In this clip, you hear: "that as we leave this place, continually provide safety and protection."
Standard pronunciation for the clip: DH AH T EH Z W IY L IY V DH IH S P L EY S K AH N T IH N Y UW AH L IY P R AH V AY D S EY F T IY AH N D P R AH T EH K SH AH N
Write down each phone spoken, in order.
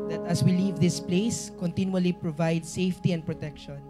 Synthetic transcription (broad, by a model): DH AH T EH S W IY L IY V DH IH S P L EY S K AH N T IH N Y UW AH L IY P R AH V AY D S EY F T IY AH N D P R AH T EH K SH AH N